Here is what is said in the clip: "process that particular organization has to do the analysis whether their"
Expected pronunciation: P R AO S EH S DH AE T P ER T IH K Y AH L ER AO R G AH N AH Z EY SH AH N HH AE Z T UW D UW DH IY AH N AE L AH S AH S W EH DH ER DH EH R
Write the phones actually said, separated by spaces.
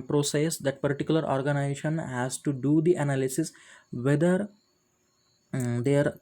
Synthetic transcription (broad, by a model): P R AO S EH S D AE T P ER T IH K Y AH L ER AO R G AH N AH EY SH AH N HH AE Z T UW D UW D IY AH N AE L AH S AH S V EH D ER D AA R